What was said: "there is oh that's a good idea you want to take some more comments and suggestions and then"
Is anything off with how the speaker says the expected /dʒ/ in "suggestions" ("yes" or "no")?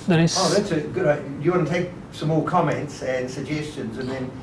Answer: no